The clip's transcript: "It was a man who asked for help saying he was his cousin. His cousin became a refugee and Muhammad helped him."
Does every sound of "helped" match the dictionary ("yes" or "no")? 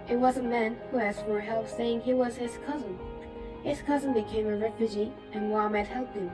no